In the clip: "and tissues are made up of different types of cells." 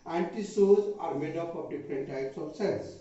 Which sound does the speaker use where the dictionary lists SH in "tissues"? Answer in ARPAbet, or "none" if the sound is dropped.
S